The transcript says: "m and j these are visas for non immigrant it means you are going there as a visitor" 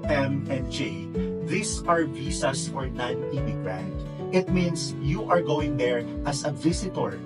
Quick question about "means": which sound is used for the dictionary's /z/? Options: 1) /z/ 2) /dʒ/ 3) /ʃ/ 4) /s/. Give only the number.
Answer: 4